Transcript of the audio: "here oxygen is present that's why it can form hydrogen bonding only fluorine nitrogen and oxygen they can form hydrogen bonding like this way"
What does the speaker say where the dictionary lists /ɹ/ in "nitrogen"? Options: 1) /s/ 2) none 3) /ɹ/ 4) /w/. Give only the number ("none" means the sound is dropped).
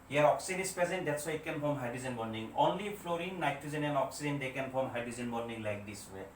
2